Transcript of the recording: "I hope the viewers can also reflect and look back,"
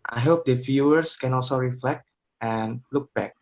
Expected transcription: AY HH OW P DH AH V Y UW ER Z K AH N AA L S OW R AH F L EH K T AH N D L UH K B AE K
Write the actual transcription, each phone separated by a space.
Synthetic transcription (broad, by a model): AY HH OW P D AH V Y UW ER S K AH N AA L S OW R AH F L EH K T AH N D L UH K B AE K